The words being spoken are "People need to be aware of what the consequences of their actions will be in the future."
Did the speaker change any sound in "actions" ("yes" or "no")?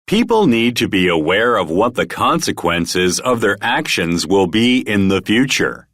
no